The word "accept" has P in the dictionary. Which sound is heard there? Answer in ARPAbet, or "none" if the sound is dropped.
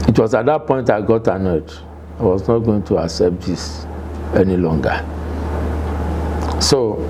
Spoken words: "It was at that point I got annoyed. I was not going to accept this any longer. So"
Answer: P